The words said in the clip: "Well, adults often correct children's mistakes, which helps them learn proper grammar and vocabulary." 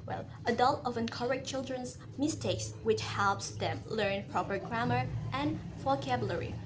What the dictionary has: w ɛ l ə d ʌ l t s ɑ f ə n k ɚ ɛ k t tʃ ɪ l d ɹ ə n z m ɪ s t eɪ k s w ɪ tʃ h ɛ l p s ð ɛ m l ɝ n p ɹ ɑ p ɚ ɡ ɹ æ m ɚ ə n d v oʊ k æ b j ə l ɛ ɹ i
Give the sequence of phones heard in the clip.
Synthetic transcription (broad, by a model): w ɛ l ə d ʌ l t ɑ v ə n k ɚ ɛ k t tʃ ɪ l d ɹ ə n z m ɪ s t eɪ k s w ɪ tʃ h ɛ l p s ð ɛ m l ɝ n p ɹ ɑ p ɚ ɡ ɹ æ m ɚ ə n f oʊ k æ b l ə ɹ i